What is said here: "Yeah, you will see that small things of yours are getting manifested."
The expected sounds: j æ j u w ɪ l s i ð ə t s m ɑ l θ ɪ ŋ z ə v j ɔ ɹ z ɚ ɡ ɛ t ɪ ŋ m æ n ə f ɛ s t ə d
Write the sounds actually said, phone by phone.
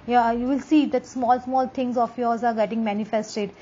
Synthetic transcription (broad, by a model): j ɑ j u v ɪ l s i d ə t s m ɑ l s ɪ ŋ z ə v j ɔ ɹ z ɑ ɡ ɛ t ɪ ŋ m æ n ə f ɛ s t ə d